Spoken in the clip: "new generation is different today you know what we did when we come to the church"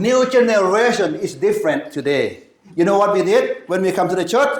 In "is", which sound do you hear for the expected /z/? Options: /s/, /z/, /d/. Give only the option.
/s/